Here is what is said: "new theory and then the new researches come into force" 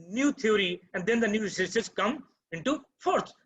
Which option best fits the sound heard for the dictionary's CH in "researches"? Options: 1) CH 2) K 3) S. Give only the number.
3